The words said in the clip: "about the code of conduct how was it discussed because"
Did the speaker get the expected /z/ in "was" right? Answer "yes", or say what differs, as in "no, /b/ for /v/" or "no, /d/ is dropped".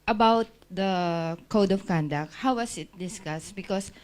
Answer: no, /s/ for /z/